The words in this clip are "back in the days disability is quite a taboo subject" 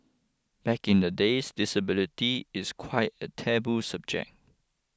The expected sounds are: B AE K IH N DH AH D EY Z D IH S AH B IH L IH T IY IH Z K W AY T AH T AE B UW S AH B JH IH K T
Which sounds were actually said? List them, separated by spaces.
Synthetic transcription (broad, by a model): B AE K IH N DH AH D EY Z D IH S AH B IH L IH T IY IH S K W AY T AH T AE B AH S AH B JH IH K